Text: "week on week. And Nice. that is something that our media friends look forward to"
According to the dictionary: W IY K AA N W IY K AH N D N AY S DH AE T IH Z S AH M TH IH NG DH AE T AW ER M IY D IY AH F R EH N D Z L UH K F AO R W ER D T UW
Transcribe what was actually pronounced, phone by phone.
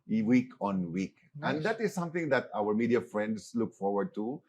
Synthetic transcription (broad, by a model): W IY K AA N W IY K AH N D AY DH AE T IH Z S AH M TH IH NG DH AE T AW ER M IY D IY AH F R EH N D S L UH K F AO R W ER D T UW